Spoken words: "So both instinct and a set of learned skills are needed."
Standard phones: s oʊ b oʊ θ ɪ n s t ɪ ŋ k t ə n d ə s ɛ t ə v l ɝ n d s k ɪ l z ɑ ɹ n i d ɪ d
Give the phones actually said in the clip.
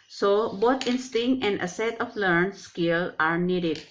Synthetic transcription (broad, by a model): s oʊ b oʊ t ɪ n s t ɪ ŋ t ə n d ə s ɛ t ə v l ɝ n s k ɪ l ɑ ɹ n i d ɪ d